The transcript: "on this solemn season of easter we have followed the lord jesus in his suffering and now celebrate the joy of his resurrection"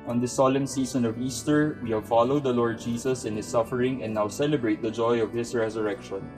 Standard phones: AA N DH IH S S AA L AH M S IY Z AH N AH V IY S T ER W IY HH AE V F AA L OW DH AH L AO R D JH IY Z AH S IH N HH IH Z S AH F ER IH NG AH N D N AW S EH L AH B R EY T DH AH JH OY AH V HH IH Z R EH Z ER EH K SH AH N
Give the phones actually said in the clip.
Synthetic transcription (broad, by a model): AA N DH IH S S AA L AH M S IY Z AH N AH V IY S T ER W IY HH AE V F AA L OW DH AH L AO R D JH IY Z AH S IH N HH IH S AH F ER IH NG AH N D N AW S EH L AH B R EY T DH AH JH OY AH V HH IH S R EH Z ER EH K SH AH N